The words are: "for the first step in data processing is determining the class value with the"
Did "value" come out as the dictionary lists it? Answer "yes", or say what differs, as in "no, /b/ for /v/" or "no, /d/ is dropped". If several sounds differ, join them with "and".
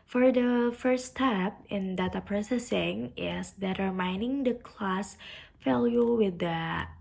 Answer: no, /f/ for /v/